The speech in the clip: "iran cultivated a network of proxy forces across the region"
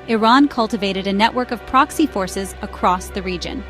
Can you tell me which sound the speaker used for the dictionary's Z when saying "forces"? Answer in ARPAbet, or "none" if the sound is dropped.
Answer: Z